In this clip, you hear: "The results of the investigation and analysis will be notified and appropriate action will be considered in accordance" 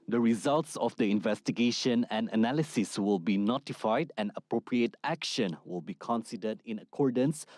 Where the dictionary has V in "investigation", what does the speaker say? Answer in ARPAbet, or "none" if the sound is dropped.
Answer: V